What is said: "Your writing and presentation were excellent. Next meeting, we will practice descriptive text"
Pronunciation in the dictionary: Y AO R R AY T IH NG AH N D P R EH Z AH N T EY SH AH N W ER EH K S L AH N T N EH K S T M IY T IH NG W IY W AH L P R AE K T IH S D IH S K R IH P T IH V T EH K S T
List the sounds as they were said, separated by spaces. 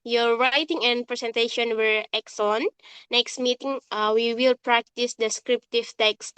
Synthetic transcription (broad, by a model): Y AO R R AY T IH NG AH N D P R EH S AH N T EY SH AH N W ER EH K S AH N N EH K S T M IY T IH NG W IY W AH L P R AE K T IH S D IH S K R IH P T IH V T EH K S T